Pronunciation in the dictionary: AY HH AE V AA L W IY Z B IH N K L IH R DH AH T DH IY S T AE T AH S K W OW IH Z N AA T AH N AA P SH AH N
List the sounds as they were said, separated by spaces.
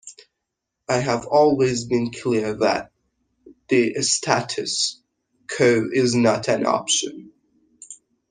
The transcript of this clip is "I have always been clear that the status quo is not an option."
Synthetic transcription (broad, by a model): AY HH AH V AA L W IY Z B IH N K L IH R DH AH T DH IY S T AE T AH S K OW IH Z N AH T AH N AA P SH AH N